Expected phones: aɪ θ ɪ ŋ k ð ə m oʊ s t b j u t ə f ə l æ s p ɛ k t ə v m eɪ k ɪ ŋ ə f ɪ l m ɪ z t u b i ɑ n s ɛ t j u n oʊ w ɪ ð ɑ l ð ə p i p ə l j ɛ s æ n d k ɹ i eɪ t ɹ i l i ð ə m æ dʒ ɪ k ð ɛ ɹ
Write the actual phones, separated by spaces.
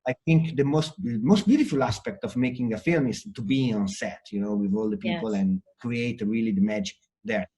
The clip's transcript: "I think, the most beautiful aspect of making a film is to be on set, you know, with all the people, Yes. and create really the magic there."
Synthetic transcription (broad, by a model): aɪ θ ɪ ŋ k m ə m oʊ s t b j u t ə f ə l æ s p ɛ k t ə v m eɪ k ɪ ŋ ə f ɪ l m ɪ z t u b i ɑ n s ɛ t j u n oʊ w ɪ ð ɑ l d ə p i p ə l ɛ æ n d k ɹ i eɪ t ɹ i l i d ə m æ dʒ ɪ k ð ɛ ɹ